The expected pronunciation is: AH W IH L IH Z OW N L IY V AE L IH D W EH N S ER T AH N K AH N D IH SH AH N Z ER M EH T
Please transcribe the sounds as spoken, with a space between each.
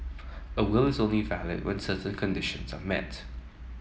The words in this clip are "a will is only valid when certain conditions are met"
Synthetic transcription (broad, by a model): AH W IH L IH Z OW N L IY V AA L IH D W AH N S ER T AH N K AH N D IH SH AH N Z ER M EH T